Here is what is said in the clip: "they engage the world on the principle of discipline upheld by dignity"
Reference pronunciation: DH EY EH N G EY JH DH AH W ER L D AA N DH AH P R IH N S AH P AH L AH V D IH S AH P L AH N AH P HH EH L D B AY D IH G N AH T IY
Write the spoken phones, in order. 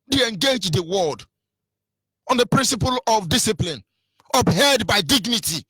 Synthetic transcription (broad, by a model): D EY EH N G EY JH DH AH W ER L D AA N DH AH P R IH N S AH P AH L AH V D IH S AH P L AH N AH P HH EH D B AY D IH G N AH T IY